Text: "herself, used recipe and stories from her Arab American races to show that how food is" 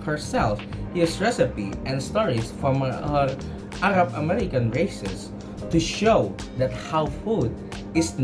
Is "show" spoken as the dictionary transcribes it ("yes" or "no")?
yes